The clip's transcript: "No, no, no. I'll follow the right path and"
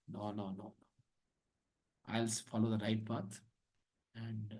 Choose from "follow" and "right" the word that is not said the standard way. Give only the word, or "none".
none